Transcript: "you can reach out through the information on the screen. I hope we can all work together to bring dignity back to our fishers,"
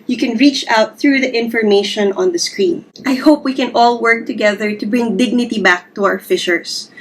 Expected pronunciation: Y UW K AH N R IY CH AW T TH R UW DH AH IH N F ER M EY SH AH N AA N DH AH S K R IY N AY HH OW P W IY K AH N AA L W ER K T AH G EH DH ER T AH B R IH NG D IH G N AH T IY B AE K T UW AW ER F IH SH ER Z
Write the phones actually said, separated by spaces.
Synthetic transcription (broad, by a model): Y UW K AH N R IY CH AW T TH R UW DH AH IH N F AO M EY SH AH N AA N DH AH S K R IY N AY HH OW P W IY K AH N AA L W ER K T AH G EH DH ER T AH B R IH NG D IH G N AH T IY B AE K T UW AW ER F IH SH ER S